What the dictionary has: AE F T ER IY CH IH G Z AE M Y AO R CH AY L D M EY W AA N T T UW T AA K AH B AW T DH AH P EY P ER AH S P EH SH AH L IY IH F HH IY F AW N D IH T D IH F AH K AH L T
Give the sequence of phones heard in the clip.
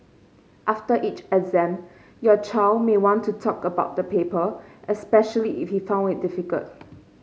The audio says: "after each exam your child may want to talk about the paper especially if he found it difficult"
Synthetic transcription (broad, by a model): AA F T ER IY CH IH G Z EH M Y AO CH AY L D M EY W AA N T T UW T AA K AH B AW T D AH P EY P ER AH S P EH SH AH L IY IH F HH IY F AW N D IH T D IH F AH K AH L T